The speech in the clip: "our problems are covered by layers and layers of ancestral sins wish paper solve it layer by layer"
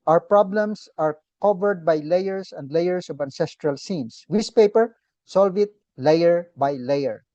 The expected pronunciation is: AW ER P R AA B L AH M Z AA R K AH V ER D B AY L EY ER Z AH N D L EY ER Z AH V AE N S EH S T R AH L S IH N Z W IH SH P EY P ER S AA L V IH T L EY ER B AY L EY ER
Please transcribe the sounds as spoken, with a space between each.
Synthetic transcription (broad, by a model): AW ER P R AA B L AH M S AA R K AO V ER D B AY L EY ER S AH N D L EY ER S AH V AE N S EH S T R AH L S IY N S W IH S P EY P ER S AA L V IH T L EY ER B AY L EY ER